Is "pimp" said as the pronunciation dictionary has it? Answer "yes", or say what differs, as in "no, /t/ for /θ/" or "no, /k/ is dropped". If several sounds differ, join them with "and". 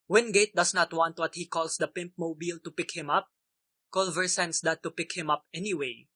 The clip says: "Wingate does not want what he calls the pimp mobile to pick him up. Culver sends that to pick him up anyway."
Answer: yes